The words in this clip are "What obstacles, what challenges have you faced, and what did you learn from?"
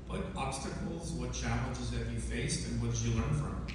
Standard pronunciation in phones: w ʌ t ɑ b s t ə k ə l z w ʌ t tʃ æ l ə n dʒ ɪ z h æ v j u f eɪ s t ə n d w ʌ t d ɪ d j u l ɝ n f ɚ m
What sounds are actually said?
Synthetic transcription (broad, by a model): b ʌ t ɑ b s t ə k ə l z w ʌ t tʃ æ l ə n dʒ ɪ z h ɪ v j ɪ f eɪ s t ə n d w ʌ t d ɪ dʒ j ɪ l ɝ n f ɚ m